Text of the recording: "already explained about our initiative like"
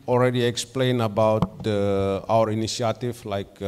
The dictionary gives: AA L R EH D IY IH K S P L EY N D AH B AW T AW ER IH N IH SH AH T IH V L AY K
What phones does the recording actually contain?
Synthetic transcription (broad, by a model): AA L R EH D IY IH K S P L EY N AH B AW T AW ER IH N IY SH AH T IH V L AY K